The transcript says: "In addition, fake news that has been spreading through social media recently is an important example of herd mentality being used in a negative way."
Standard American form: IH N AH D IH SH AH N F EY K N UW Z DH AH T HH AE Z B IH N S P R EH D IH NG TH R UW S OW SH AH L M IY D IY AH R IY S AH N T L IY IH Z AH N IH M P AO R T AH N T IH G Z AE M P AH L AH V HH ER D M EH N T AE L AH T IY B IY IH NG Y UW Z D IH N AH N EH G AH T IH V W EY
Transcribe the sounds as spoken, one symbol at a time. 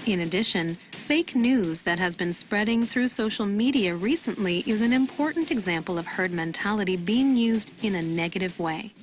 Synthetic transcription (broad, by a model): IH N AH D IH SH AH N F EY K N UW Z DH AH T HH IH Z B IH N S P R EH D IH NG TH R UW S OW SH L M IY D IY AH R IY S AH N T L IY IH Z AH N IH M P AO R T N T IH G Z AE M P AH L AH V HH ER D M EH N T AE L AH T IY B IY IH NG Y UW Z D IH N AH N EH G AH T IH V W EY